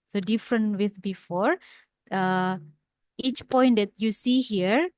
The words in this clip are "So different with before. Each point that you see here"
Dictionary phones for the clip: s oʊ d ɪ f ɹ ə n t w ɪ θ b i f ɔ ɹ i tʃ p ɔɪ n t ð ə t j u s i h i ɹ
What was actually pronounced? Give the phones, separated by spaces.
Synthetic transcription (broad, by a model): s oʊ d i f ɹ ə n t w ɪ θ b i f ɔ ɹ i tʃ p ɔɪ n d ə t j u s i h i ɹ